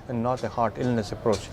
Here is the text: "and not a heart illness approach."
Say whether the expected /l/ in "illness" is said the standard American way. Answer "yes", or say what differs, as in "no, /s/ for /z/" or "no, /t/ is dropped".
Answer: yes